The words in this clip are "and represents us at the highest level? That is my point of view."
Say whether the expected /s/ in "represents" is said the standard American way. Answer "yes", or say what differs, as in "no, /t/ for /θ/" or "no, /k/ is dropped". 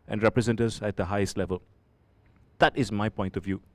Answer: no, /s/ is dropped